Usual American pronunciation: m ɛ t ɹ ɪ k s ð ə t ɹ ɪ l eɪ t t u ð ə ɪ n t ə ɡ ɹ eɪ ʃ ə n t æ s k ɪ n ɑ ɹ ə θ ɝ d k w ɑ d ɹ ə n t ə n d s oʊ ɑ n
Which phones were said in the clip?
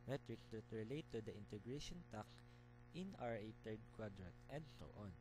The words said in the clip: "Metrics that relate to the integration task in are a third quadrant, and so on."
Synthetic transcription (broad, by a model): m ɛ t ɹ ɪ k s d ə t ɹ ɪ l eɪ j t u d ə ɪ n t ə ɡ ɹ eɪ ʃ ə n t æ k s ɪ n ɑ ɹ ə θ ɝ d k w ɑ d ɹ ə t ə n d s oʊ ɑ n